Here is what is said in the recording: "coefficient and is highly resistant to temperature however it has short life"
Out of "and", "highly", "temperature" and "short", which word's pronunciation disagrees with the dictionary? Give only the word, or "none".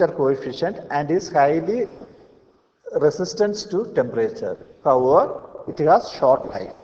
none